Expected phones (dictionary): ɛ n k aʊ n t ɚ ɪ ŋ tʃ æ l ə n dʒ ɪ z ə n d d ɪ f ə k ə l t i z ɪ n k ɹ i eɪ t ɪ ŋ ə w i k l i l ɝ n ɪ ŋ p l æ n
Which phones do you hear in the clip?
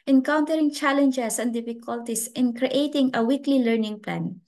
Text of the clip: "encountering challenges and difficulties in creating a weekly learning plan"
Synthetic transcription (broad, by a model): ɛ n k aʊ n t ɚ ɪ ŋ tʃ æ l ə n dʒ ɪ s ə n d d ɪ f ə k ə l t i s ɪ n k ɹ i eɪ t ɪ ŋ ə w i k l i l ɝ n ɪ ŋ p l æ n